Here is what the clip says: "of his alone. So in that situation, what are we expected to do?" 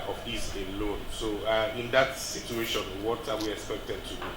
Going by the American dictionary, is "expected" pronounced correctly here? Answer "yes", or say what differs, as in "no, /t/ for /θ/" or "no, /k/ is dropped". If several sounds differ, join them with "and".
yes